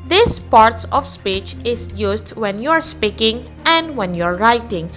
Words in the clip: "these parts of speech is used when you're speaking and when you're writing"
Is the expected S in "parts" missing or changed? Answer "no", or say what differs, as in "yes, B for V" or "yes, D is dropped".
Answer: no